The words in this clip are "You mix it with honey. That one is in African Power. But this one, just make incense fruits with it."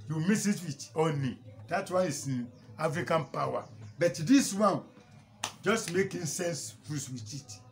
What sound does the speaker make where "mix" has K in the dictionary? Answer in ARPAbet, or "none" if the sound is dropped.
none